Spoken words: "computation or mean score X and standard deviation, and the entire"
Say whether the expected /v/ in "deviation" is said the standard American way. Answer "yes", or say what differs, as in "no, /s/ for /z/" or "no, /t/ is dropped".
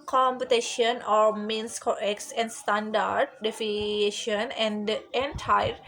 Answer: no, /f/ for /v/